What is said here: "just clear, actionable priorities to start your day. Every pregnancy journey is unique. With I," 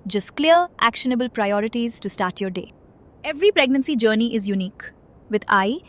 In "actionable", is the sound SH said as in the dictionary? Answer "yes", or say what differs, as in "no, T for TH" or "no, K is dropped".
yes